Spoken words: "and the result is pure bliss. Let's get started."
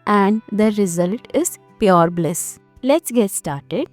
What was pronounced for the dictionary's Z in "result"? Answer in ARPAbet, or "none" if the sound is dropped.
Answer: Z